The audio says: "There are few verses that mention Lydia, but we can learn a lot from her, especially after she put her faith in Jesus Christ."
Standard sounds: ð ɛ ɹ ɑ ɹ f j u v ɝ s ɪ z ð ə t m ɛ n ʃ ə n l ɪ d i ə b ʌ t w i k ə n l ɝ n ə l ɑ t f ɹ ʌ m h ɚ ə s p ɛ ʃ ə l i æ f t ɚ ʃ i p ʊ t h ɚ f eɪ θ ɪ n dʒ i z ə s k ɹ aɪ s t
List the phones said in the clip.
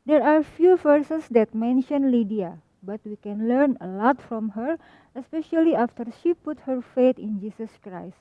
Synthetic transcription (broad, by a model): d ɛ ɹ ɑ ɹ f j u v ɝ s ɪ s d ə t m ɛ n ʃ ə n l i d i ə b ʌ t w i k ə n l ɝ n ə l ɑ t f ɹ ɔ m h ɚ ə s p ɛ ʃ ə l i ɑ f t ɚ ʃ i p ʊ t h ɚ f eɪ t ɪ n dʒ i s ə s k ɹ aɪ s t